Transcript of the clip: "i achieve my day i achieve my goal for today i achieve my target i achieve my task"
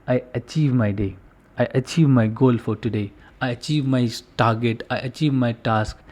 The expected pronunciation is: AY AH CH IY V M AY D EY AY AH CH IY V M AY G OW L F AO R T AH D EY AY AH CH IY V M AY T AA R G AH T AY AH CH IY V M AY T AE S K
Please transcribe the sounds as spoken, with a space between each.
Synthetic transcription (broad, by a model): AY AH CH IY V M AY D EY AY AH CH IY V M AY G OW L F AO R T AH D EY AY AH CH IY V M AY T AA R G AH T AY AH CH IY V M AY T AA S K